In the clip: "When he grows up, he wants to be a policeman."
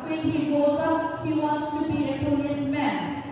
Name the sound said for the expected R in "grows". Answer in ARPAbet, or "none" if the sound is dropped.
none